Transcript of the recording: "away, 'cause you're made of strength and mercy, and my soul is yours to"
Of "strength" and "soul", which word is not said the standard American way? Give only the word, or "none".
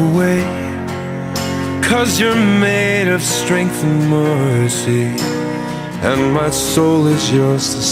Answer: none